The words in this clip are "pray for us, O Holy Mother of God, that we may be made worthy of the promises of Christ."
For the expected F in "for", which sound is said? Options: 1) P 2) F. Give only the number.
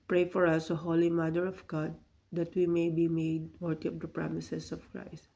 2